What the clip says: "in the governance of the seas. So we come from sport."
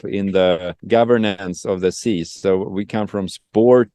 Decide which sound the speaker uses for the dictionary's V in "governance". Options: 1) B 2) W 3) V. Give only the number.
3